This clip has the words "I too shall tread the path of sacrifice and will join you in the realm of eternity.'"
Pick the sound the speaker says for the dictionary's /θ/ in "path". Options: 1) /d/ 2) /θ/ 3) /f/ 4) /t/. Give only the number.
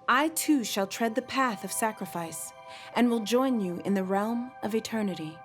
2